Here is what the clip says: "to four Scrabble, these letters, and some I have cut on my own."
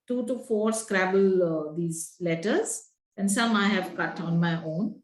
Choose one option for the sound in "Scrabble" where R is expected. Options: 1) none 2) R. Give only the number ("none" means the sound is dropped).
2